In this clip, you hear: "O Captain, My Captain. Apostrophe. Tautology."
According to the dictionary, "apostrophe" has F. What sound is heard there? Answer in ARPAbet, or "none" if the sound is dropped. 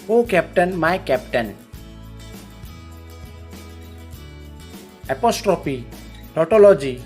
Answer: P